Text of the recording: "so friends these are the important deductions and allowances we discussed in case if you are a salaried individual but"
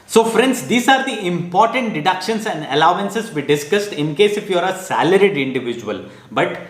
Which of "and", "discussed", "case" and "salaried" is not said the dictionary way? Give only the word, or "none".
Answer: none